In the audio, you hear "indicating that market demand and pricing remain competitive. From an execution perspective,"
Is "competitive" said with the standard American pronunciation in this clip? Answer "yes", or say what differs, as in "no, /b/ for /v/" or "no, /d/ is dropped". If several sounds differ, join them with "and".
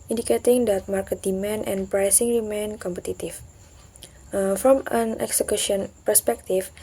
no, /f/ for /v/